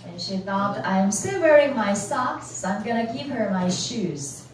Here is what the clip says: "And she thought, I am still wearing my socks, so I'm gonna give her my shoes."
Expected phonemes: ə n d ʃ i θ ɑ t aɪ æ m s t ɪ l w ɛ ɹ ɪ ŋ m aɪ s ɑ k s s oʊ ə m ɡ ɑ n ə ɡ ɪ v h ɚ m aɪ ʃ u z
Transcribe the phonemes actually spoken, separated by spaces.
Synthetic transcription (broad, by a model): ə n ʃ i θ ɑ t aɪ m s t ɪ l w ɛ ɹ ɪ ŋ m aɪ s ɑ k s s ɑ ə m ɡ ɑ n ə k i p h ɚ m aɪ ʃ u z